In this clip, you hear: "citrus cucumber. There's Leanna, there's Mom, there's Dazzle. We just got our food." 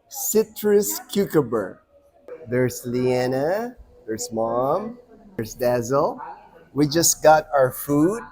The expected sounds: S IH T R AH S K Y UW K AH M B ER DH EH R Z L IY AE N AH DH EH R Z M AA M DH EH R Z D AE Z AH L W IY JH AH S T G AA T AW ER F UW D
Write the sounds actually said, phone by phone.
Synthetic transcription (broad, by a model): S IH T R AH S K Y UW K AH B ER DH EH R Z L IY AE N AH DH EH R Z M AA M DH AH R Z D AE Z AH L W IY JH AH S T G AA T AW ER F UW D